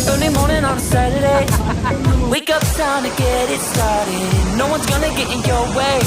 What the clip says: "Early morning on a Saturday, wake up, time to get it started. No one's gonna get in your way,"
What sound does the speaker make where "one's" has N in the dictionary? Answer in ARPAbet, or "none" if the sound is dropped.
N